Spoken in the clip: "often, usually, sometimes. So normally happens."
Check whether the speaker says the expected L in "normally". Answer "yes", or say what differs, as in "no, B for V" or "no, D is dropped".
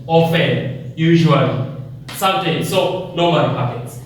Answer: no, N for L